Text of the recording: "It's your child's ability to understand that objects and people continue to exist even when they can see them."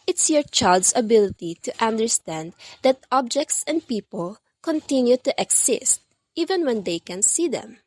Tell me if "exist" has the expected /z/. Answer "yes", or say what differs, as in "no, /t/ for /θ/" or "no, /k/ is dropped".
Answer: no, /s/ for /z/